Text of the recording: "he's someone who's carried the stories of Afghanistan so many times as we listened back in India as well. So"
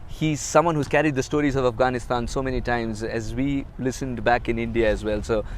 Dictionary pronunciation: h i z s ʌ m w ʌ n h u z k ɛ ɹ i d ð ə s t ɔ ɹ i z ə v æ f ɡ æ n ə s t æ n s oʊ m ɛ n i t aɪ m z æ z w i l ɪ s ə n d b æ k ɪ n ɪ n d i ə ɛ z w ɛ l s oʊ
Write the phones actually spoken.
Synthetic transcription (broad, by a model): h i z s ʌ m w ʌ n h u z k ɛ ɹ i d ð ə s t ɔ ɹ i z ə v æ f ɡ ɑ n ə s t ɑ n s oʊ m ɛ n i t aɪ m z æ z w i l ɪ s ə n d b æ k ɪ n ɪ n d i ə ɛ z w ɛ l s oʊ